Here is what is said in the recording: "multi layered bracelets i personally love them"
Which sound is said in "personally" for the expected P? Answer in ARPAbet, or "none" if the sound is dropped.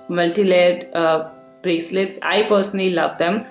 P